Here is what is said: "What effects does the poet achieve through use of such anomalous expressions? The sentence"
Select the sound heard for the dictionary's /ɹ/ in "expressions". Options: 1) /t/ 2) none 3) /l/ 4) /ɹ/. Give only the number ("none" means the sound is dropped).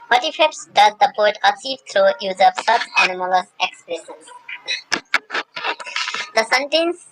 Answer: 3